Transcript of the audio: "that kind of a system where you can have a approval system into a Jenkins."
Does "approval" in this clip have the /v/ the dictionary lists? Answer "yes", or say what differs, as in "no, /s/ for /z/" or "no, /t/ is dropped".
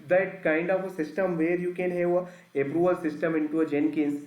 no, /v/ is dropped